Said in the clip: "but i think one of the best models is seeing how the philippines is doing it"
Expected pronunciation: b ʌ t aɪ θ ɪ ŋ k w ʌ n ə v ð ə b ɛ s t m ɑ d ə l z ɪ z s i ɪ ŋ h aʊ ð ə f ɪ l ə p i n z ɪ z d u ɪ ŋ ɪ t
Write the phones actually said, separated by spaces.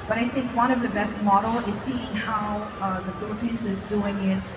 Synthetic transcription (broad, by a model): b ʌ t aɪ θ ɪ ŋ k w ʌ n ə v ð ə b ɛ s t m ɑ d l ɪ z s i ɪ ŋ h aʊ ð ə f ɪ l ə p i n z ɪ z d u ɪ ŋ ɪ t